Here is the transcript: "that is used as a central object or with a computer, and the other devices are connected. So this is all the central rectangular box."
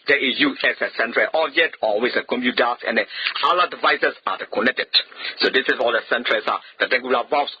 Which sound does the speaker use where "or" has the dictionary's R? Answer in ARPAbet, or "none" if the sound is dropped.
L